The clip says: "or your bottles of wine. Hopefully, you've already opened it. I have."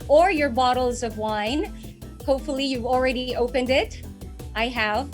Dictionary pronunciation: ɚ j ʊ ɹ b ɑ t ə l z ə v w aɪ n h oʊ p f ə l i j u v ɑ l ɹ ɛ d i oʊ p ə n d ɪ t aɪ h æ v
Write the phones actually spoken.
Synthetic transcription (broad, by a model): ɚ j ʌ ɹ b ɑ t l z ə v w aɪ n h oʊ p f l i j u v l ɹ ɛ d i oʊ p ə n d ɪ t aɪ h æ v